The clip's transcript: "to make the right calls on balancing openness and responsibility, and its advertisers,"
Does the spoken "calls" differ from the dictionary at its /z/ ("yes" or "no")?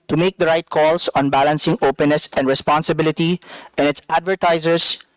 yes